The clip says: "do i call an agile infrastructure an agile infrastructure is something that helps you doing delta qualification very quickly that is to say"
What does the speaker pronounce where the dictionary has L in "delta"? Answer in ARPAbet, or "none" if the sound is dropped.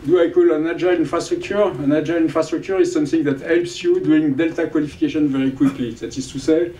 L